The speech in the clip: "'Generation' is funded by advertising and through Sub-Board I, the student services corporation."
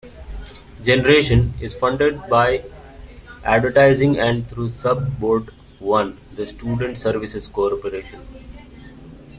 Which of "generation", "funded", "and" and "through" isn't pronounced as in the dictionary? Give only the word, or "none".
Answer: through